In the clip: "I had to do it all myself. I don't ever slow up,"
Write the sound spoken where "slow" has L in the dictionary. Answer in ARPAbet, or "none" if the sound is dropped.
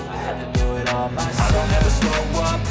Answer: none